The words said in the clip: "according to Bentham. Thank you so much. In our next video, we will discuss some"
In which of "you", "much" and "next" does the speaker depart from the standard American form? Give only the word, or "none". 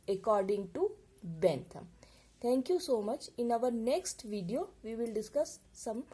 none